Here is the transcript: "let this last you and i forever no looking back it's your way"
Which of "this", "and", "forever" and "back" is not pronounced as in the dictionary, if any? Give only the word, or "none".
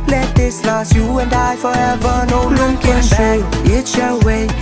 back